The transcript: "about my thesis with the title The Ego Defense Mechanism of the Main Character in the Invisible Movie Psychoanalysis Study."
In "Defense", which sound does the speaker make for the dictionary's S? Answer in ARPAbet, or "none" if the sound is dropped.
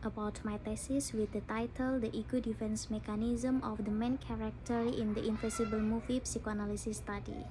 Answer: S